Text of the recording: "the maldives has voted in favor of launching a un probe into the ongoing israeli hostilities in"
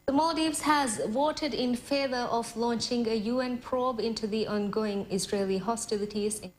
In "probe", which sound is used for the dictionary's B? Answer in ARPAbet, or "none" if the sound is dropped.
B